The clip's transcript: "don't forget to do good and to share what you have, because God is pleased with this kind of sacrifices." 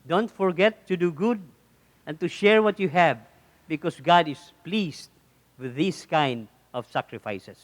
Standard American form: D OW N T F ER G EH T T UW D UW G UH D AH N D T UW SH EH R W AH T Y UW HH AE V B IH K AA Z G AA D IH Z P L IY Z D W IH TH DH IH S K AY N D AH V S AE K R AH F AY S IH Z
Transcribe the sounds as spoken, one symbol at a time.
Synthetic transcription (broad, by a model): D OW N T F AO G EH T T UW D UW G UH D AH N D T UW SH EH R W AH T Y UW HH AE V B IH K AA S G AA D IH S P L IY S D W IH DH IH S K AY N D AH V S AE K R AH F AY S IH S